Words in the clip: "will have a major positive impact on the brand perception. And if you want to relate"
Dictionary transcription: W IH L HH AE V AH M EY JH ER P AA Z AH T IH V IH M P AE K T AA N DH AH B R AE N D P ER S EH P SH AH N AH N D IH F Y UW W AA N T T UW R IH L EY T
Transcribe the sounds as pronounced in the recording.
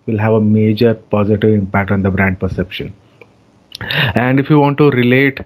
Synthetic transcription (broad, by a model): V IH L HH AE V AH M EY JH ER P AA Z AH T IH V IH M P AE K T AA N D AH B R AE N D P ER S EH P SH AH N AH N D IH F Y UW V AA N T T UW R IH L EY T